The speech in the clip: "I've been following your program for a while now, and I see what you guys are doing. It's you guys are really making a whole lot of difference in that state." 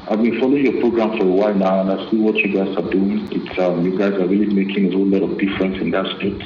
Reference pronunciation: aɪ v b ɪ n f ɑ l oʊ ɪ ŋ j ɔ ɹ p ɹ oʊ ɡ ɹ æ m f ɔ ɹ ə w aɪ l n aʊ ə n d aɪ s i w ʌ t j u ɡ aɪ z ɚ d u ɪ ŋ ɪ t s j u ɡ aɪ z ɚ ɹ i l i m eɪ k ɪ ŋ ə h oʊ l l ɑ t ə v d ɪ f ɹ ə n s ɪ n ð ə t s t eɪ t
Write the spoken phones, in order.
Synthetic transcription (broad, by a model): aɪ v b ɪ n f ɑ l oʊ ɪ ŋ j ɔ p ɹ oʊ ɡ ɹ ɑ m f ɔ ɹ ə w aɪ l n aʊ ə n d aɪ s i w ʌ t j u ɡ aɪ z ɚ d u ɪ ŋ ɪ t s j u ɡ aɪ z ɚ ɹ i l i m eɪ k ɪ ŋ ə h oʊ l l ɑ t ə v d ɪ f ɹ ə n s ɪ n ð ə t s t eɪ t